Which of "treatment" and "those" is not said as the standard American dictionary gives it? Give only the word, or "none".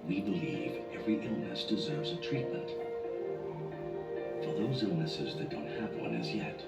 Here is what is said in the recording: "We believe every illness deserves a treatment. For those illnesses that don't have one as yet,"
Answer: none